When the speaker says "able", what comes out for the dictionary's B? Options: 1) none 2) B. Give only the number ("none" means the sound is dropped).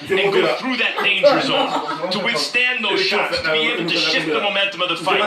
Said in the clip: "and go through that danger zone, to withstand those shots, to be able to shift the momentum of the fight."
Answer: 1